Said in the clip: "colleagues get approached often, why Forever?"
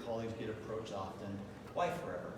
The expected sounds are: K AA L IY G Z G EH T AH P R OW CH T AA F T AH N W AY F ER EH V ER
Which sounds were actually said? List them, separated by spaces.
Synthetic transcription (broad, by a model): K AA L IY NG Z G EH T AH P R OW CH AA F T AH N W AY F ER EH V ER